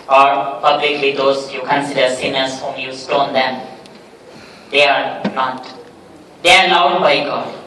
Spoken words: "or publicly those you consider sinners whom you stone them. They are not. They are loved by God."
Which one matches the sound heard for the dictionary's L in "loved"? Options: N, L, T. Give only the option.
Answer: N